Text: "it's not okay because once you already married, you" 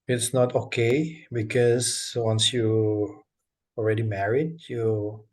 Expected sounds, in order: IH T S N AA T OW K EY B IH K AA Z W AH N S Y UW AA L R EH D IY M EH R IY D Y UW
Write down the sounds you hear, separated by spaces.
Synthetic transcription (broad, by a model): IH T S N AA T OW K EY B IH K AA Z W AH N S Y UW AA L R EH D IY M EH R IY D Y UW